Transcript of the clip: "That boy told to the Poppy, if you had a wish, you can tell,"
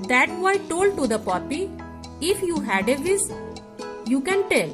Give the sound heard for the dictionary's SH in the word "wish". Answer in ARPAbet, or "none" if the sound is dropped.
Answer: S